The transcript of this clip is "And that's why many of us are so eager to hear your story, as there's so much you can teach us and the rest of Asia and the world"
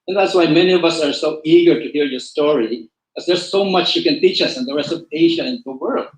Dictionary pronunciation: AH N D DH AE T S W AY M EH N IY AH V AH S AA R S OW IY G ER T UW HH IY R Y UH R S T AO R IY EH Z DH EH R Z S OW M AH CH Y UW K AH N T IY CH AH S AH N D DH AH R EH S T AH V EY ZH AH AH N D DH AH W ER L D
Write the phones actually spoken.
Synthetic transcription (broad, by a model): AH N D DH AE T S W AY M EH N IY AH V AH S AA R S OW IY G ER T UW HH IY R Y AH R S T AO R IY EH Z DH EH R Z S OW M AH CH Y UW K AH N T IY CH AH S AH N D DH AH R EH S T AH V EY SH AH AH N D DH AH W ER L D